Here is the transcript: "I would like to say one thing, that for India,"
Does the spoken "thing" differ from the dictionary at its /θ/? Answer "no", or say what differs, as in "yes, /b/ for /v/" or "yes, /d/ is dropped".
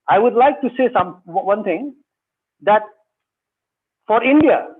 yes, /t/ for /θ/